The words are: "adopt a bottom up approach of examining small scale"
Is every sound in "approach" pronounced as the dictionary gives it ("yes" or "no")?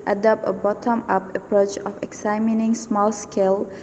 yes